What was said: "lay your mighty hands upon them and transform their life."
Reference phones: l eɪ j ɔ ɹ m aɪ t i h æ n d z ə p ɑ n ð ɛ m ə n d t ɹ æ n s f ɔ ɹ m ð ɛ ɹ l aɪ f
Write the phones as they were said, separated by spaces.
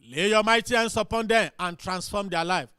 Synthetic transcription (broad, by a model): l eɪ j ɔ m aɪ t i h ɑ n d s ə p ɑ n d ɛ m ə n t ɹ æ n s f ɔ m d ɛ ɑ l aɪ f